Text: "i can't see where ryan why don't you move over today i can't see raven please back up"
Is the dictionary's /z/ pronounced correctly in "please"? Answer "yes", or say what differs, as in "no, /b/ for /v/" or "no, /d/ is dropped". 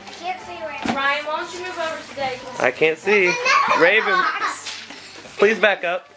yes